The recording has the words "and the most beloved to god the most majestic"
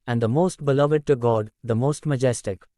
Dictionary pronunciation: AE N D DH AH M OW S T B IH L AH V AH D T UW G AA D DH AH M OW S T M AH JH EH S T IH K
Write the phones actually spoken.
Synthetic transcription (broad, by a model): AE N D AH M OW S T B IH L AH V AH D T UW G AA D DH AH M OW S T M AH JH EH S T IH K